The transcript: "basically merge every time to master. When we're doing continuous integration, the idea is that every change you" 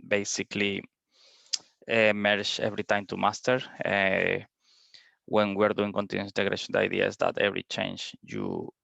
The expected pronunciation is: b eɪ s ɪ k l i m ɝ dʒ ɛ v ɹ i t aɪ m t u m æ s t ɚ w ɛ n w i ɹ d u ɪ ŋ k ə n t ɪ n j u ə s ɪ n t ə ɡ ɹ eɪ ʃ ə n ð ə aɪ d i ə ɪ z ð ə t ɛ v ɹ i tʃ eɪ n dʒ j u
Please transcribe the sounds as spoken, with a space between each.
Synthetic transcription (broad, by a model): b eɪ s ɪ k l i m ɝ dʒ ɛ v ɹ i t aɪ m t u m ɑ s t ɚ w ɛ n w i ɹ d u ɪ ŋ k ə n t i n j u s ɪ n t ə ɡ ɹ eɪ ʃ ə n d aɪ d i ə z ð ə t ɛ v ɹ i tʃ eɪ n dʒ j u